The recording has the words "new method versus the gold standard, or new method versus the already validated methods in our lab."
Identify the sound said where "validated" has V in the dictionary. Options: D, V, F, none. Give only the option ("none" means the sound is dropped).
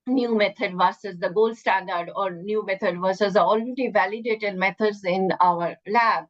V